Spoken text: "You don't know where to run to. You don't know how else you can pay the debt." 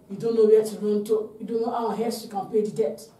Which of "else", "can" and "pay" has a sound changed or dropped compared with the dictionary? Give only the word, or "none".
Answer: else